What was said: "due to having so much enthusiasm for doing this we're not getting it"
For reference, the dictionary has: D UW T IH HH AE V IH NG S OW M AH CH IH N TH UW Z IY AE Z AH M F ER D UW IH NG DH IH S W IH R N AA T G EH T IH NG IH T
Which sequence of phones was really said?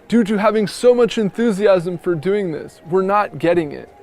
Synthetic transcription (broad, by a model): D UW T IH HH AE V IH NG S OW M AH CH IH N TH UW Z IY AE Z AH M F ER D UW IH NG DH IH S W IH R N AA T G EH T IH NG IH T